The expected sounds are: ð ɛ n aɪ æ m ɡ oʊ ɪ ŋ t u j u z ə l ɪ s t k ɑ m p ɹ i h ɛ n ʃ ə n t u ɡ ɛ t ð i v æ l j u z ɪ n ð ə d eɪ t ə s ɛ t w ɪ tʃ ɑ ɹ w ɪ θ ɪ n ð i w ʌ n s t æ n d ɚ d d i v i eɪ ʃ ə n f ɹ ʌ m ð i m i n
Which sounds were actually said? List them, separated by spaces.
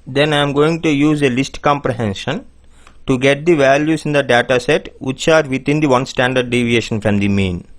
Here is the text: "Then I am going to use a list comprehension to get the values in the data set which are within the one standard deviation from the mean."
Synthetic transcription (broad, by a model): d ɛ n aɪ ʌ m ɡ oʊ ɪ ŋ t u j u z ə l ɪ s t k ɑ m p ɹ i h ɛ n ʃ ə n t u ɡ ɛ t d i v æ l j u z ɪ n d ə d eɪ t ə s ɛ t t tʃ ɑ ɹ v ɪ t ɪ n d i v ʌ n s t æ n d ɚ d d i v i eɪ ʃ ə n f ɹ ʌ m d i m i n